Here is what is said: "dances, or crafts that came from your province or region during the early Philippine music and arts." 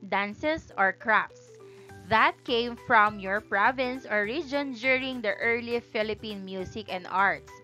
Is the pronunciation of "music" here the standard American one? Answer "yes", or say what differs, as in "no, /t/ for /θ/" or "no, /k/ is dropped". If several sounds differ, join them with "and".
no, /s/ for /z/